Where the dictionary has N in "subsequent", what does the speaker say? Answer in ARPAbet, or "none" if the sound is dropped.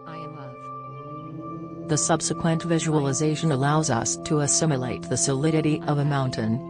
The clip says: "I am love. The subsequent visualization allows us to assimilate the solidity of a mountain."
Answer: N